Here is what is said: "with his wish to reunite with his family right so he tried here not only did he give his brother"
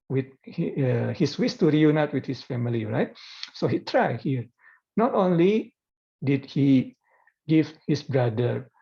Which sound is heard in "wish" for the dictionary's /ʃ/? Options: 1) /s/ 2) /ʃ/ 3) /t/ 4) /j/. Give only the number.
1